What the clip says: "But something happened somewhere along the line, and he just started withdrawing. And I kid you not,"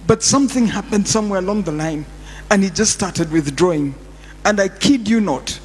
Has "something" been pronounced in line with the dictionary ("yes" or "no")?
yes